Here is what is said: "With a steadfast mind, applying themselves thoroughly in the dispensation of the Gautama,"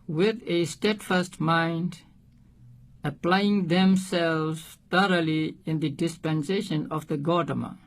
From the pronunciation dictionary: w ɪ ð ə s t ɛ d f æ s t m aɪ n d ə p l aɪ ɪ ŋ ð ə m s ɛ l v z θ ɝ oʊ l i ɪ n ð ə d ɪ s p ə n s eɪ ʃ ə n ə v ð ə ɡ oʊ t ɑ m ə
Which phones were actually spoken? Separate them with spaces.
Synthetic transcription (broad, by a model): w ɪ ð ə s t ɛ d f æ s t m aɪ n d ə p l aɪ ɪ ŋ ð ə m s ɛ l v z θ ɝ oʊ l i ɪ n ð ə d ɪ s p ə n s eɪ ʃ ə n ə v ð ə ɡ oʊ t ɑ m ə